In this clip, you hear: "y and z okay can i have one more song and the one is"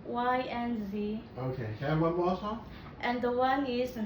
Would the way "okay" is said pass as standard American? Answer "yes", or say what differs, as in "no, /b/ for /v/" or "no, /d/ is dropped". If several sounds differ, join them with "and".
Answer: no, /k/ is dropped